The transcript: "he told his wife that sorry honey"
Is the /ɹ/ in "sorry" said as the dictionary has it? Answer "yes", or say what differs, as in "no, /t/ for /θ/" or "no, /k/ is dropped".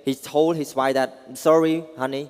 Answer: yes